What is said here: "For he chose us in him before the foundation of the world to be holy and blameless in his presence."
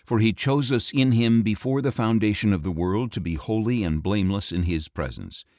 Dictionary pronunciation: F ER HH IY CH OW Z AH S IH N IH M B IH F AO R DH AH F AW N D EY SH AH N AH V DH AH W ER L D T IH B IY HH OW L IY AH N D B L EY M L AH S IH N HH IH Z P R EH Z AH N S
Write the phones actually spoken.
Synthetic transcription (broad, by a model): F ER IY CH OW Z AH S IH N IH M B IH F AO R DH AH F AW N D EY SH AH N AH V DH AH W ER L D T IH B IY HH OW L IY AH N B L EY M L AH S IH N IH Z P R EH Z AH N S